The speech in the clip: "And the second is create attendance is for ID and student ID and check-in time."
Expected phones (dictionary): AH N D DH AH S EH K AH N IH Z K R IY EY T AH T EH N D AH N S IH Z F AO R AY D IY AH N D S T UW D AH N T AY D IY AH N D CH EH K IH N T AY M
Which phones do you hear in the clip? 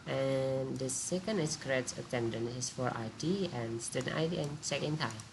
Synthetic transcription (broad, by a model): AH N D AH S EH K AH N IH S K R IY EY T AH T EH N D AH N IH S F AO R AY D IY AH N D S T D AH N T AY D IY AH N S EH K IH N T AY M